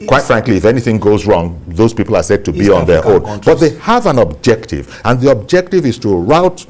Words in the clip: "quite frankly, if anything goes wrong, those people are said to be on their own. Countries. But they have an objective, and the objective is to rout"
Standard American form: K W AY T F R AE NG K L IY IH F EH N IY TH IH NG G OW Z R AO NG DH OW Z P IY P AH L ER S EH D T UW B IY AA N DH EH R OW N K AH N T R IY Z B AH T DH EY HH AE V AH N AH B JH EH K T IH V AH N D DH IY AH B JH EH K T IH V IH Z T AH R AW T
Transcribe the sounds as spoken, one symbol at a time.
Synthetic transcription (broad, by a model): K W AY T F R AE NG K L IY IH F EH N IY TH IH NG G OW Z R AO NG DH OW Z P IY P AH L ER S EH D T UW B IY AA N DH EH R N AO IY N B AH T DH EY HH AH V AH N AH B JH EH K T IH V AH N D DH IY AH B JH EH K T IH V IH Z T AH R AW T